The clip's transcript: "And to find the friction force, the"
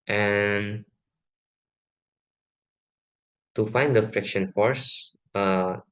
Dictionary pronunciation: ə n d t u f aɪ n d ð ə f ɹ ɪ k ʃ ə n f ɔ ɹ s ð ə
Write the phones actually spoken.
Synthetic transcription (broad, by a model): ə n t u f aɪ n d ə f ɹ ɪ k ʃ ə n f ɔ ɹ s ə